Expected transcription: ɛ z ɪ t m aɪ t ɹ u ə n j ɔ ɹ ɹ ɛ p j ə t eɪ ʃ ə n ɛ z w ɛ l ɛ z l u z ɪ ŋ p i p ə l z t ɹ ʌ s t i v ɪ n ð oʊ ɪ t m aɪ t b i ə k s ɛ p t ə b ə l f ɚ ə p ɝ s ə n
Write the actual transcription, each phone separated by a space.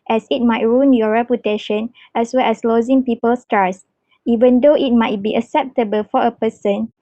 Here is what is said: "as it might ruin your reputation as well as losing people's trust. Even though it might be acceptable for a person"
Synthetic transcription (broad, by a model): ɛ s ɪ t m aɪ t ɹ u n j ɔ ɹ ɹ ɛ p j ə t eɪ ʃ ə n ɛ s w ɛ l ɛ s l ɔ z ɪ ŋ p i p ə l s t ɑ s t i v ɪ n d oʊ ɪ t m aɪ t b i ə k s ɛ p t ə b ə l f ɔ ə p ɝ s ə n